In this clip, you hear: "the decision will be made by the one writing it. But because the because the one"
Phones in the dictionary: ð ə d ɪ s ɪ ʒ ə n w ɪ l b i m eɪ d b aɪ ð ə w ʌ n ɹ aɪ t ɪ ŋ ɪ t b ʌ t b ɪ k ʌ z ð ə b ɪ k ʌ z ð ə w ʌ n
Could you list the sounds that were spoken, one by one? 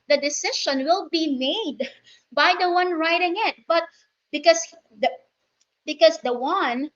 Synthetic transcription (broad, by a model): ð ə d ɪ s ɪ ʃ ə n w ɪ l b i m eɪ d b aɪ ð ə w ʌ n ɹ aɪ t ɪ ŋ ɪ t b ʌ t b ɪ k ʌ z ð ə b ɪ k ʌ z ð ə w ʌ n